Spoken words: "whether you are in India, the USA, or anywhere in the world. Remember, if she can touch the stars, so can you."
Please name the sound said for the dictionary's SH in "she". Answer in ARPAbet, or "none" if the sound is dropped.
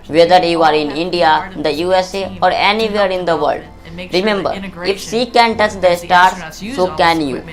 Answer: S